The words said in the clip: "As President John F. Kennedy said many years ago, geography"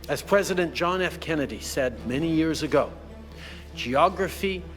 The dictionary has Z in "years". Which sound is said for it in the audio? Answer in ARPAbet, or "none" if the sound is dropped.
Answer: Z